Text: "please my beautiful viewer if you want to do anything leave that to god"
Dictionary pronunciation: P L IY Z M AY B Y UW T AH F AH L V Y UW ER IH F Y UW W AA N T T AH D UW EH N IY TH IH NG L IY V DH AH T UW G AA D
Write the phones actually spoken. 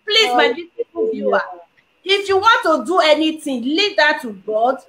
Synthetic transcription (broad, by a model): P L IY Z M AY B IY S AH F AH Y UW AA IH F Y UW W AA N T T AH D UW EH N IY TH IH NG L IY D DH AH T UW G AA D